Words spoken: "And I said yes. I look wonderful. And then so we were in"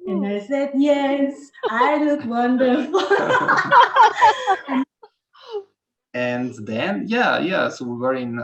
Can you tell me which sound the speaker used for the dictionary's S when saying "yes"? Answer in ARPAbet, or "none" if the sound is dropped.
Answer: S